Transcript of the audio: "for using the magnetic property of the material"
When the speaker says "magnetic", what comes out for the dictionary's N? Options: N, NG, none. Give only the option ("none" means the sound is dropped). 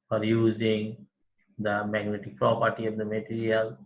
N